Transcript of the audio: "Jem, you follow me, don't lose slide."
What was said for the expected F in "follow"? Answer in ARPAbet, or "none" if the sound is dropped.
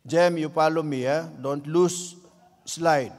P